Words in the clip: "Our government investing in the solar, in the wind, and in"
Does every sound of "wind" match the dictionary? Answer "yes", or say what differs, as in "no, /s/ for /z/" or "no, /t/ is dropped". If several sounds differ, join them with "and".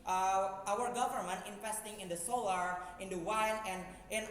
no, /d/ is dropped